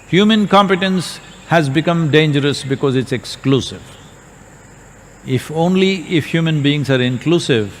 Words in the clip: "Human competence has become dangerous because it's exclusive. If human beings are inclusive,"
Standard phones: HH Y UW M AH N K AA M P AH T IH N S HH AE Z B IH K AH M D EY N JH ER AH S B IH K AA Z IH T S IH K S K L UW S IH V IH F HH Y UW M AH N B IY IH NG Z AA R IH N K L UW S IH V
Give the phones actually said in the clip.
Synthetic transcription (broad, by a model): HH Y UW M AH N K AA M P AH T IH N S HH AE Z B IH K AH M D EY N JH ER AH S B IH K AA Z IH T S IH K S K L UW S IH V IH F HH Y UW M AH N B IY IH NG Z AA R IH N K L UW S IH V